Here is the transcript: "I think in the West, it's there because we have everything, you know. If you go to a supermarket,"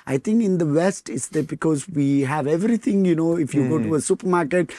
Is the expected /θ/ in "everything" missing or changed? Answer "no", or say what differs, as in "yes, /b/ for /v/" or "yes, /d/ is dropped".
yes, /t/ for /θ/